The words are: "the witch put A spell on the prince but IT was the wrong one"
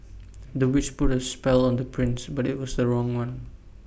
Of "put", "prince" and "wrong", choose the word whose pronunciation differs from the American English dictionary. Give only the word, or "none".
none